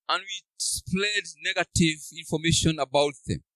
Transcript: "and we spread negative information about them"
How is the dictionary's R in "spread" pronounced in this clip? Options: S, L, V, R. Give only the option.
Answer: L